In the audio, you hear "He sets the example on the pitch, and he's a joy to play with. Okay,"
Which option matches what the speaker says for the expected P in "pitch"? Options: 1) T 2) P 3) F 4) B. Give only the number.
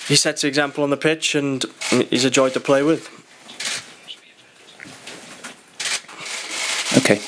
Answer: 2